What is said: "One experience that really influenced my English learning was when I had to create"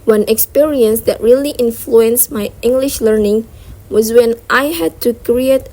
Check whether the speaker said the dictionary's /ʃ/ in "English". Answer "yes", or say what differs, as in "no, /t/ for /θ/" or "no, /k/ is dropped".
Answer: yes